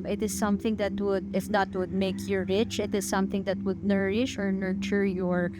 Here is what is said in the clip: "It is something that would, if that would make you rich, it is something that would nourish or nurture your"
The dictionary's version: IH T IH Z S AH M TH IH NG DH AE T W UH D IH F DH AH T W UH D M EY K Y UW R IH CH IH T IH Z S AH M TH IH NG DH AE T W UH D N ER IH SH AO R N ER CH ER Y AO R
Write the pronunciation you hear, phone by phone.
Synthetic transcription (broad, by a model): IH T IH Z S AH M TH IH NG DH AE T W UH D IH F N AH T W UH D M EY K Y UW R IH CH IH T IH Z S AH M TH IH NG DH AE T W UH D N ER IH SH AO R N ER CH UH Y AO R